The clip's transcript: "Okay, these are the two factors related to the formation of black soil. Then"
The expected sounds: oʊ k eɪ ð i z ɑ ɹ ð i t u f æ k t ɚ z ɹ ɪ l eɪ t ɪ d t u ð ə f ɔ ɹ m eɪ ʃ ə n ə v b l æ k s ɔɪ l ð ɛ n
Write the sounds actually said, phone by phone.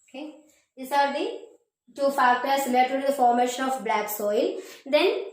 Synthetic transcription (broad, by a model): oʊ k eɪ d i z ɑ ɹ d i t u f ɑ t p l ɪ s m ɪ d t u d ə f ɔ ɹ m eɪ ʃ ə n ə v b l æ k s ɔɪ l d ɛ n